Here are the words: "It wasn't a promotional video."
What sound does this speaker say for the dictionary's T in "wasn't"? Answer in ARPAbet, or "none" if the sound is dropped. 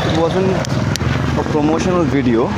none